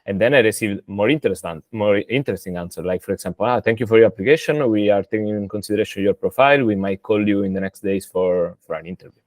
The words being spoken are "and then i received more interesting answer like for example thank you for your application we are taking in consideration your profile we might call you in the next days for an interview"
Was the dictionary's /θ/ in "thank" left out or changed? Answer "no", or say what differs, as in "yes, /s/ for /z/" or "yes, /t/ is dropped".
yes, /t/ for /θ/